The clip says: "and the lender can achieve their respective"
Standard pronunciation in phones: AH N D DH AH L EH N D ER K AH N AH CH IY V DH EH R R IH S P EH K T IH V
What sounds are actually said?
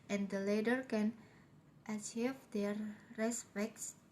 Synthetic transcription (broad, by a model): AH N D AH L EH D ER K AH N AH CH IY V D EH R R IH S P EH K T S